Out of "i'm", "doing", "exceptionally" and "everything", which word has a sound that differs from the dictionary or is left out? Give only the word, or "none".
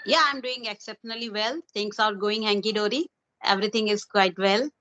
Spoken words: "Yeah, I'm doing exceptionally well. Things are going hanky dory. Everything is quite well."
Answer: everything